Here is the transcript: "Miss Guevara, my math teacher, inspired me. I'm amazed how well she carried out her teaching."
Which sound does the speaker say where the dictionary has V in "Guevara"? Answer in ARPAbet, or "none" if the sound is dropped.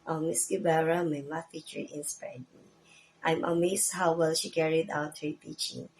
B